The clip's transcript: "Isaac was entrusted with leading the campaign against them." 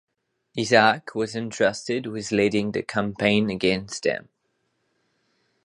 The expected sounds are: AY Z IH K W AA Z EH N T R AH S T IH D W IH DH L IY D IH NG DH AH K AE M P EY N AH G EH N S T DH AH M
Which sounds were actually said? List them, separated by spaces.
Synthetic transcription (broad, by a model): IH Z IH K W AA Z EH N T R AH S T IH D W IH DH L IY D IH NG DH AH K AE M P EY N AH G EH N S T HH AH M